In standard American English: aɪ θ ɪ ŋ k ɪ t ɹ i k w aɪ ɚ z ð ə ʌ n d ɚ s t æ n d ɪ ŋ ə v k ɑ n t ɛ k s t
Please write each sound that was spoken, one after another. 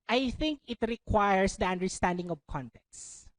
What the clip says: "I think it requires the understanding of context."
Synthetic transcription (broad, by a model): aɪ θ ɪ ŋ k ɪ t ɹ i k w aɪ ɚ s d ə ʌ n d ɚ s t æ n d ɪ ŋ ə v k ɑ n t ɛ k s